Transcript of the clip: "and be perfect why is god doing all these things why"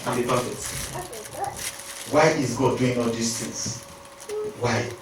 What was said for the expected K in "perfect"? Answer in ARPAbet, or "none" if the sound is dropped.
none